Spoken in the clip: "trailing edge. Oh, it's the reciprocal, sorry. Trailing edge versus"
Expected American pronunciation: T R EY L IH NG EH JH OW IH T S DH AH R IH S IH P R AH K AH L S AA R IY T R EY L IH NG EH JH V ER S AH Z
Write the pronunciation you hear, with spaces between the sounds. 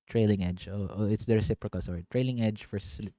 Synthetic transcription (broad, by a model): T R EY L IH NG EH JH OW IH T S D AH R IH S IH P R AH K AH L S AA R IY T R EY L IH NG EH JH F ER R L